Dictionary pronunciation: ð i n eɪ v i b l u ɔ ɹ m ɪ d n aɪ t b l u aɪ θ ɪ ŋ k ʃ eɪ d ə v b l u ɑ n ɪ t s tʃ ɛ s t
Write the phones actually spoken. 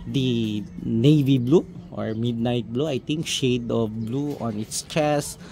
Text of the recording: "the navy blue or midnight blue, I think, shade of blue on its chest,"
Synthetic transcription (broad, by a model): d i n eɪ v i b l u ɔ ɹ m ɪ d n aɪ t b l u aɪ t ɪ ŋ k ʃ eɪ d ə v b l u ɑ n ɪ t s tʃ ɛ s